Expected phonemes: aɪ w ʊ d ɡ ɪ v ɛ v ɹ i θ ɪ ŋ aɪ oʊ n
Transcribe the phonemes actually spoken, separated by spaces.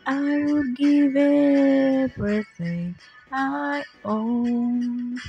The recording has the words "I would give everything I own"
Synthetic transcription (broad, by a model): aɪ w ʊ d ɡ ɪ v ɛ b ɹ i s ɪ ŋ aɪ oʊ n